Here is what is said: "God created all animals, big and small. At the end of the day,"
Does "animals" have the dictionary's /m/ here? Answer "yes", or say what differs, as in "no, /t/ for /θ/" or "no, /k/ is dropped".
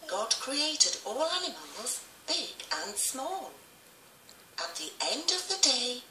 yes